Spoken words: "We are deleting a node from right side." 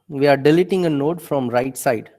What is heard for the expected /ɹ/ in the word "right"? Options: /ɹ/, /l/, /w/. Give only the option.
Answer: /ɹ/